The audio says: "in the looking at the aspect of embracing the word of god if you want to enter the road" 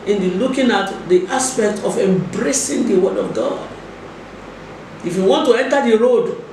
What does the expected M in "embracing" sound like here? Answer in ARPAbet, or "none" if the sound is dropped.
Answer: M